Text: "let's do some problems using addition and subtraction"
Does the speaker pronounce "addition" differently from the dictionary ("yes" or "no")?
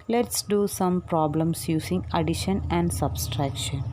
no